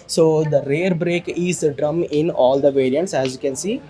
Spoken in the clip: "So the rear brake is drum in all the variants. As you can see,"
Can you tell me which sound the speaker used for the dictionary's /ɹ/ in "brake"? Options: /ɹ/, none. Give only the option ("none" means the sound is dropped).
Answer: /ɹ/